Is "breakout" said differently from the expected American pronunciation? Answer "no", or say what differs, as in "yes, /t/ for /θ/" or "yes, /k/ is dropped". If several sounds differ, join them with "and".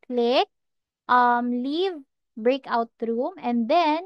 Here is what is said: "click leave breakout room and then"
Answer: no